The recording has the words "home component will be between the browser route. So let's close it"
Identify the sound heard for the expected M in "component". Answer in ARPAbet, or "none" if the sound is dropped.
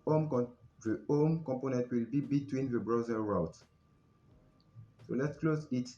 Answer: M